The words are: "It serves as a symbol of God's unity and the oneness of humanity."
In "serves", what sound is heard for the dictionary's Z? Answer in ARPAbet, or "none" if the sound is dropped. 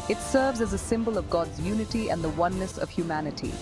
Z